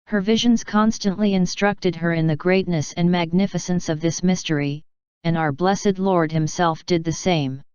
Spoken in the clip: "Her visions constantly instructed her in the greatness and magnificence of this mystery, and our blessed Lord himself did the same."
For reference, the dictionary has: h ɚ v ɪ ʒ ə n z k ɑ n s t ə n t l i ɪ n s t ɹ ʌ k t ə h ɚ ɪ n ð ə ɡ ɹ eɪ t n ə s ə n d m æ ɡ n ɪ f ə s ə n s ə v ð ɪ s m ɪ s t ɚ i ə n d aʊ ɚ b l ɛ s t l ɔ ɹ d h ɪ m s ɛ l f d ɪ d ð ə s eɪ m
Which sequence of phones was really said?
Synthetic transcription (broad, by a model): h ɚ v ɪ ʒ ə n z k ɑ n s t ə n t l i ɪ n s t ɹ ʌ k t ə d ɚ ɪ n ð ə ɡ ɹ eɪ t n ə s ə n m æ ɡ n ɪ f ə s ə n s ə v ð ɪ s m ɪ s t ɚ i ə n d aʊ ɚ b l ɛ s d l ɔ ɹ d h ɪ m s ɛ l f d ɪ d ð ə s eɪ m